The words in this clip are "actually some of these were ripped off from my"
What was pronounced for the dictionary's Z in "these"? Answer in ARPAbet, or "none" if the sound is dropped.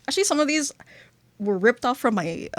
Z